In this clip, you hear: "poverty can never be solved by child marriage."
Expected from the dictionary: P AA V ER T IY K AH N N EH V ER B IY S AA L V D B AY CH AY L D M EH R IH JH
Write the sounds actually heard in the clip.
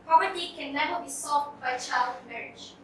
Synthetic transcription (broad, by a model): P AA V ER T IY K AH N N EH V ER B IY S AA V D B AY CH AY L D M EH R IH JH